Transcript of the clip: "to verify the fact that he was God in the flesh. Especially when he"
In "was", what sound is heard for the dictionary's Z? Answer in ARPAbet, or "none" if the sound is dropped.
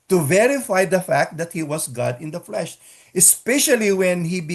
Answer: S